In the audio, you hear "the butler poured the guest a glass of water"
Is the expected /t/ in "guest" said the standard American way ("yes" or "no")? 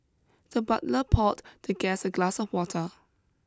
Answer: no